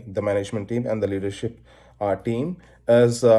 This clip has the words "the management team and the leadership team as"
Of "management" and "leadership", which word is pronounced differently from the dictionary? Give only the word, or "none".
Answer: none